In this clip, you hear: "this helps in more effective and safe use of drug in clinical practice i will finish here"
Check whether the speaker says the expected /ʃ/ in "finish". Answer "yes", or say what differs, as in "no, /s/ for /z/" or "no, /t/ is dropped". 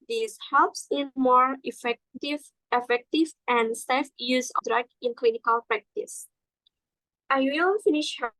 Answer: yes